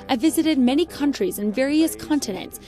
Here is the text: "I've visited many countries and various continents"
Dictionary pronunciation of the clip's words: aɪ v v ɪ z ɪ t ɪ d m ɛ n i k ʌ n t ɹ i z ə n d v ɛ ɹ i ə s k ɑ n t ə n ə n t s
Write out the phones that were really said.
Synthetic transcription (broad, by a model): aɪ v v ɪ z ɪ t ɪ d m ɛ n i k ʌ n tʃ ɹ i z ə n v ɛ ɹ i ə s k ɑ n t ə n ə n t s